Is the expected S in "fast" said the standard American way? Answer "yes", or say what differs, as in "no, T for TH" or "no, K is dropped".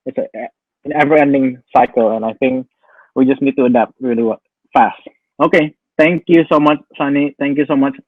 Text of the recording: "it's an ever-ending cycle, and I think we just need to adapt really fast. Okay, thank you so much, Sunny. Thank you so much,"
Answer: yes